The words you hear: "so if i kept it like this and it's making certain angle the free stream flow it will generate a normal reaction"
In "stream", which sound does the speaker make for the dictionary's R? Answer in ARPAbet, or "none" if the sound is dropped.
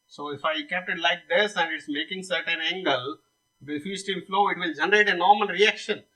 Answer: none